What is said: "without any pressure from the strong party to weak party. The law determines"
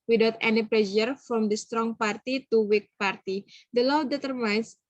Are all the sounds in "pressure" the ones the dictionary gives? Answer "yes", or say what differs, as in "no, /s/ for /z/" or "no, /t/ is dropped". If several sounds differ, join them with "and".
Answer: no, /l/ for /ɹ/